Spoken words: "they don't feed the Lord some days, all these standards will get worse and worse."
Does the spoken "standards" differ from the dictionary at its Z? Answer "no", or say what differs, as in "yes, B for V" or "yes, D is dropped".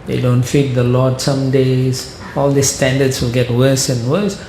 yes, S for Z